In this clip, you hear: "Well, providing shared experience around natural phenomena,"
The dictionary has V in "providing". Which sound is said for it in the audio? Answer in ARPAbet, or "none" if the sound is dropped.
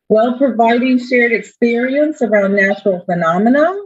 V